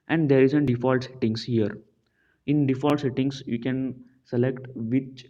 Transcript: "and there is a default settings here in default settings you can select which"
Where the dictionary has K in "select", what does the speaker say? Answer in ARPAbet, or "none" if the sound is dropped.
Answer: K